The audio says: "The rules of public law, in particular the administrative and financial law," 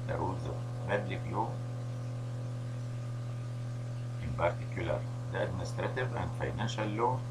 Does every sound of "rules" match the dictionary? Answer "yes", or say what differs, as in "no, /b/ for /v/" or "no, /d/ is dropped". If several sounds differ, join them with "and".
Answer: no, /l/ is dropped